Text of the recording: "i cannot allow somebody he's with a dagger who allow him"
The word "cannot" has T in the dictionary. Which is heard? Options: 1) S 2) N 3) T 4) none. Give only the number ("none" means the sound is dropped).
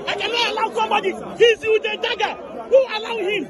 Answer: 4